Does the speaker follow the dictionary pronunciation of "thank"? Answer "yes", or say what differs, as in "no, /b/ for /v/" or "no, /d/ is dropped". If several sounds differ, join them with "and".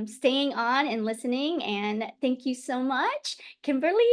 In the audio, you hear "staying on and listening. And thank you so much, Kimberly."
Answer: yes